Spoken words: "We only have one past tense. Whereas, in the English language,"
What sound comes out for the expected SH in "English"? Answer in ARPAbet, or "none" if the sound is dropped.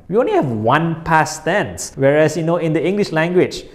SH